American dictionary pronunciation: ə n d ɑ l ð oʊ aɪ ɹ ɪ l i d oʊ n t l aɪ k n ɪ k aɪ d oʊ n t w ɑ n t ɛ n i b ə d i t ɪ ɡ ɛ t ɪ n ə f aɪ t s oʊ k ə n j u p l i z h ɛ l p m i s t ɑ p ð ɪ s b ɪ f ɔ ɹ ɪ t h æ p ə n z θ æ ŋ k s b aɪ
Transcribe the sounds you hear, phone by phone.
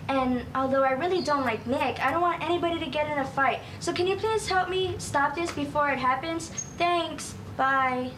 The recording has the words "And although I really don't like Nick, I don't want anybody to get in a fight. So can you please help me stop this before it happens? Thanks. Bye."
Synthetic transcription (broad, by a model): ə n ɑ l ð oʊ aɪ ɹ ɪ l i d oʊ n t l aɪ k n ɪ k aɪ d oʊ n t w ɑ n t ɛ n i b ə d i t ɪ ɡ ɛ t ɪ n ə f aɪ t s oʊ k ə n j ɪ p l i z h ɛ l p m i s t ɑ p ð ɪ s b ɪ f ɔ ɹ ɪ t h æ p ə n z θ æ ŋ k s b aɪ